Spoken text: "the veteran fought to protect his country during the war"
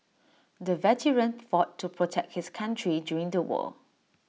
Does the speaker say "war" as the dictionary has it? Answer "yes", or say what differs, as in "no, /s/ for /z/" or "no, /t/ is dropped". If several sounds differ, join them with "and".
no, /l/ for /ɹ/